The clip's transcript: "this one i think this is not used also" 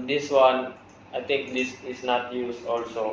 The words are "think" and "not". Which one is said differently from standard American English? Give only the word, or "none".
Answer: think